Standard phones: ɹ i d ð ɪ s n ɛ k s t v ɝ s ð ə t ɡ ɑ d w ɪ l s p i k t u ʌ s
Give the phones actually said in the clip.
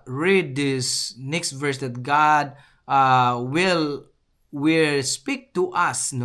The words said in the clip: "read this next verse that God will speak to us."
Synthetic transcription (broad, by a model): ɹ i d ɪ s n ɛ k s t v ɝ s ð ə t ɡ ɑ d w ɪ l s p i k t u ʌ s